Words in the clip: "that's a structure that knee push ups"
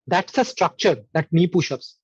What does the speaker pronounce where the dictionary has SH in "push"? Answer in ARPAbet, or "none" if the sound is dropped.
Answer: SH